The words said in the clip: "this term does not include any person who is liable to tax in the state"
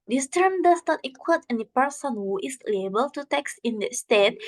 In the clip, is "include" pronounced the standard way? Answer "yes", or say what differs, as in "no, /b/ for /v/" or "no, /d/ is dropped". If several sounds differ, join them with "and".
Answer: no, /n/ is dropped and /w/ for /l/